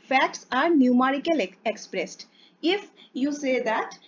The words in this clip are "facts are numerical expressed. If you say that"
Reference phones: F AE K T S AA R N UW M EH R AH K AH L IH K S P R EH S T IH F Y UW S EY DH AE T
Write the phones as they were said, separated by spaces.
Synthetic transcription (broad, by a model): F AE K T S AA R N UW M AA R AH K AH L IH K S P R EH S T IH F Y UW S EY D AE T